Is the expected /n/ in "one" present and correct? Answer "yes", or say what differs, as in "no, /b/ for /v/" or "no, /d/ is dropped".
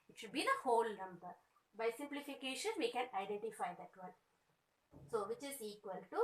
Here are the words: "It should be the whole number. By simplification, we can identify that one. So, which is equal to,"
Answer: no, /l/ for /n/